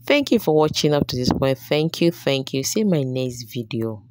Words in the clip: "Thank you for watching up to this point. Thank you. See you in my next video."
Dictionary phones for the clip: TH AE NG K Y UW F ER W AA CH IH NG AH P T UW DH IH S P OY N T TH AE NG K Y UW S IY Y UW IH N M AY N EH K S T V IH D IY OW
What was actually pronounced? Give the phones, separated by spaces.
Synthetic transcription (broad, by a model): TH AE NG K Y UW F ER W AA CH IH NG AH P T UW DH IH S P OY N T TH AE NG K Y UW TH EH Y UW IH M AY N EH K S T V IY D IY OW